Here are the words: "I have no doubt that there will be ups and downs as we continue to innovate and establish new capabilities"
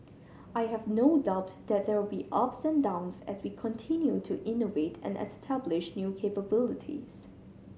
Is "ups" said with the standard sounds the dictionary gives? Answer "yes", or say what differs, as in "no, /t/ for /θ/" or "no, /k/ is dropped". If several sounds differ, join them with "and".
yes